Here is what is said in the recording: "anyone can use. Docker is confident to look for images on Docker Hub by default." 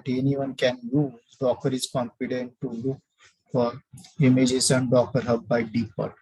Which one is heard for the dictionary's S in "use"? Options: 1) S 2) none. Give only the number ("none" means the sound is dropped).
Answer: 2